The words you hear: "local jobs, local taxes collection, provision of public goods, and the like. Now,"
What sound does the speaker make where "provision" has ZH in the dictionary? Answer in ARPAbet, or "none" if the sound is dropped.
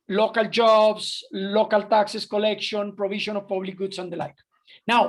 SH